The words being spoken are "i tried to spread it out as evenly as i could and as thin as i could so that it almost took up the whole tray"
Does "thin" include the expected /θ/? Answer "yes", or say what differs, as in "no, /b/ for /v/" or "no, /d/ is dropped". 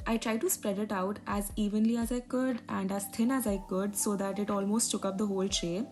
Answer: no, /t/ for /θ/